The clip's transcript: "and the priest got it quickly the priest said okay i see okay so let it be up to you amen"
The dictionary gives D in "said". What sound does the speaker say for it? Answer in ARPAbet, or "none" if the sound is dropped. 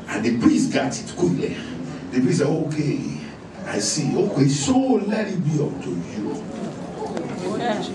none